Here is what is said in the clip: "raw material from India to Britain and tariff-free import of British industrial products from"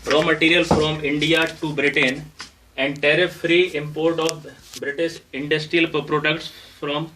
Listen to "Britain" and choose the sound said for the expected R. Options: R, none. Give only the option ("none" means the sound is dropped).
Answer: R